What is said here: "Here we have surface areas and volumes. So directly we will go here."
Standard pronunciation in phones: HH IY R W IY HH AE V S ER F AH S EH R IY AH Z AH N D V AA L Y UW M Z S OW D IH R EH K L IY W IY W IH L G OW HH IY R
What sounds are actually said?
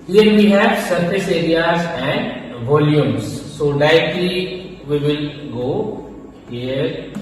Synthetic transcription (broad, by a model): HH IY R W IY HH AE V S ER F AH S EH R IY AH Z AH N D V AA L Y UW M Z S OW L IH IH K L IY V IY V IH L G OW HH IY R